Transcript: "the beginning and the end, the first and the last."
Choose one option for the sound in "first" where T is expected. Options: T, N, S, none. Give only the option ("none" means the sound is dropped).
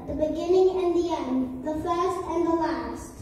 T